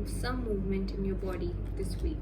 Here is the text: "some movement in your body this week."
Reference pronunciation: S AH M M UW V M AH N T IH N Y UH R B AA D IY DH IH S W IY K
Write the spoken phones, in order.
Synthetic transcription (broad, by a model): S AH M M UW V M AH N T IH N Y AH R B AA D IY DH IH S W IY K